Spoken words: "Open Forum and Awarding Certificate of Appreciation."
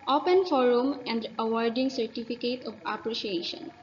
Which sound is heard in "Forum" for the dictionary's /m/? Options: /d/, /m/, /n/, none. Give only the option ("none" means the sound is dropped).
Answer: /m/